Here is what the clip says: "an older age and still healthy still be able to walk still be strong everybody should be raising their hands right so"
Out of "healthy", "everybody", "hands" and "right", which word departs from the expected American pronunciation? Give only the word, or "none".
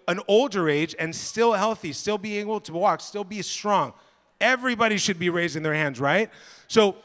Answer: none